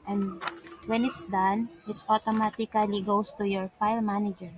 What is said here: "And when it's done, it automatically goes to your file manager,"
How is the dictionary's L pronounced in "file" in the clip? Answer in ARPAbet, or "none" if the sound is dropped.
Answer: L